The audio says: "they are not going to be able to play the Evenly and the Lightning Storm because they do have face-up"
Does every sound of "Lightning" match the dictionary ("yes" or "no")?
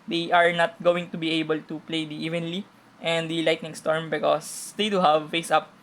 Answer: yes